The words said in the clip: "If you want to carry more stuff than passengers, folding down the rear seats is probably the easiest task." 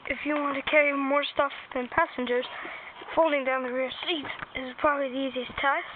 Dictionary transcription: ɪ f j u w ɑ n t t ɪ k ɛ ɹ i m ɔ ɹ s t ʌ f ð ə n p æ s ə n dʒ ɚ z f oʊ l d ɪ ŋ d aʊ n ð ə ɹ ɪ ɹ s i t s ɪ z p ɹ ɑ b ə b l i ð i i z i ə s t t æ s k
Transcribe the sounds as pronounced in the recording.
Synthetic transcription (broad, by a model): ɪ f j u w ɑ n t t ɪ k ɛ ɹ i m ɔ ɹ s t ʌ f ð ə n p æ s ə n dʒ ɚ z f oʊ l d ɪ ŋ d aʊ n ð ə ɹ ɪ ɹ s i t ɪ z p ɹ ɑ b ə b l i ð i i z i ə s t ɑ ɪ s